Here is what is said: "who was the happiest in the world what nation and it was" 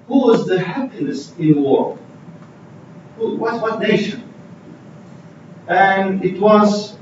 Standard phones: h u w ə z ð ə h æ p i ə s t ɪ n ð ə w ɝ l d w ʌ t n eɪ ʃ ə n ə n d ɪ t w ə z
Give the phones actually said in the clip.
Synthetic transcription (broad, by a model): h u w ə z ð ə h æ p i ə s ɪ n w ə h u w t w ʌ t n eɪ ʃ ə n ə n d ɪ t w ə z